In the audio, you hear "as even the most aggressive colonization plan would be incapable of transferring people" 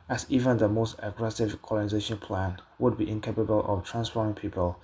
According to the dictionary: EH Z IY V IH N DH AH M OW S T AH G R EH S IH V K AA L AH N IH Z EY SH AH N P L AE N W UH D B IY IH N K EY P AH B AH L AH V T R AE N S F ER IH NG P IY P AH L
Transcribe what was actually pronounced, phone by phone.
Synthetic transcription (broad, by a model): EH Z IY V IH N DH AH M OW S T AH G R EH S IH V K AA L AH N IH Z EY SH AH N P L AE N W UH D B IY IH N K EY P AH B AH L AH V T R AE N S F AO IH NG P IY P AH L